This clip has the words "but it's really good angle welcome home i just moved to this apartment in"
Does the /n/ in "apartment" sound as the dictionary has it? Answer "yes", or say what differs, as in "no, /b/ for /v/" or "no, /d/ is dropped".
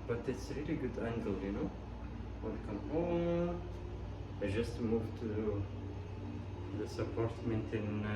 yes